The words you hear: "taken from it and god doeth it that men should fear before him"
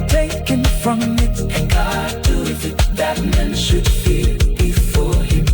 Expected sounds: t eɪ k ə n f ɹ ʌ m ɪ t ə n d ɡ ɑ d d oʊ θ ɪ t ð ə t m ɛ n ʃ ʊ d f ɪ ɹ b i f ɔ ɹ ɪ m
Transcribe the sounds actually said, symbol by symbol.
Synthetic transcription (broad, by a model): t eɪ k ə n f ɹ ʌ m ɪ t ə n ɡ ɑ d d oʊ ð ɪ t ð ə t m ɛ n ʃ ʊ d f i l b i f ɔ ɹ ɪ m